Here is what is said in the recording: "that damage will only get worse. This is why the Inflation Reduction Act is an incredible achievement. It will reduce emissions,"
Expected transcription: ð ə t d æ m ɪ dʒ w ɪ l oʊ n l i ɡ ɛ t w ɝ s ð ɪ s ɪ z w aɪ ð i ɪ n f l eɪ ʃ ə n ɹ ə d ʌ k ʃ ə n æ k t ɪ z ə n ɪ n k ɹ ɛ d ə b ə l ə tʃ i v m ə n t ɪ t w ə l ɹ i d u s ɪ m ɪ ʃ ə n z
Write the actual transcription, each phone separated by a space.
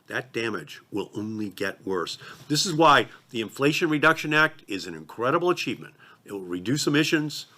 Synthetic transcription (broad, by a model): ð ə t d æ m ɪ dʒ w ɪ l oʊ n l i ɡ ɛ t w ɝ s ð ɪ s ɪ z w aɪ ð i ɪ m f l eɪ ʃ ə n ɹ ə d ʌ k ʃ ə n æ k t ɪ z ə n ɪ n k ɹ ɛ d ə b l ə tʃ i v m ə n t ɪ t w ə l ɹ i d u s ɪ m ɪ ʃ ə n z